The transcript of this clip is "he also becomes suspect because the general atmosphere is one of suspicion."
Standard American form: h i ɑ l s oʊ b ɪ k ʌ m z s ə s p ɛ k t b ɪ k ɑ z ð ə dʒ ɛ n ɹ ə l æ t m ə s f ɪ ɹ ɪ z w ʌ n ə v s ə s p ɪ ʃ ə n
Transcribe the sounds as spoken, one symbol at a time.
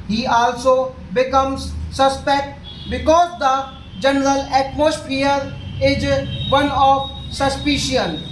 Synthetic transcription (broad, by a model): h i ɑ l s oʊ b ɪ k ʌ m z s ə s p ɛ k t b ɪ k ɑ z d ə dʒ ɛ n ɹ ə l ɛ t m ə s p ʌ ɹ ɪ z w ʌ n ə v s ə s p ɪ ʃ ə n